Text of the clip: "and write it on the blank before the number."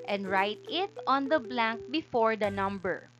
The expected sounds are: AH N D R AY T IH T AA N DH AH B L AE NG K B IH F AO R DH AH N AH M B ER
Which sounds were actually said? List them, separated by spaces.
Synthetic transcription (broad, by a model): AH N D R AY T IH T AA N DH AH B L AE NG K B IH F AO R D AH N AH M B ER